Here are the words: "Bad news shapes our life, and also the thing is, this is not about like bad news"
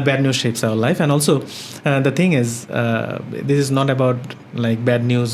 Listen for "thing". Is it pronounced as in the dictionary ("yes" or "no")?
no